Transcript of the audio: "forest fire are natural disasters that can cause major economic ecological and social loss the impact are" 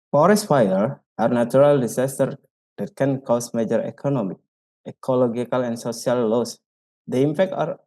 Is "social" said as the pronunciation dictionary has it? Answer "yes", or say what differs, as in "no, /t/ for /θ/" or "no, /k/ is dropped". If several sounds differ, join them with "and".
no, /s/ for /ʃ/